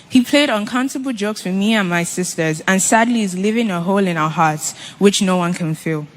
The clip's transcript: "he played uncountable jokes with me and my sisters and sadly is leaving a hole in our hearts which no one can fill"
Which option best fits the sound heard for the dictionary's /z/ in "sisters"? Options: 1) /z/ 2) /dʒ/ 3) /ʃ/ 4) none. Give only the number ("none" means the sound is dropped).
1